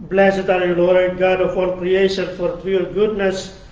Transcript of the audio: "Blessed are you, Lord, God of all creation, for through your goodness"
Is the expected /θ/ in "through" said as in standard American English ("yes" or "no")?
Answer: no